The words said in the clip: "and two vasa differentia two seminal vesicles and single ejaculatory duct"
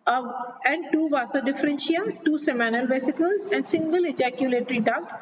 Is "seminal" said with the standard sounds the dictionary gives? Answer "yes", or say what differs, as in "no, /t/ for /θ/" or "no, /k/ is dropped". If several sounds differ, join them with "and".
yes